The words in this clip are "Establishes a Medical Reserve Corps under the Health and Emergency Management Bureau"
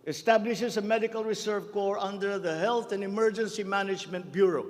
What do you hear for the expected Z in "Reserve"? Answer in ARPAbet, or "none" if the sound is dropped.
S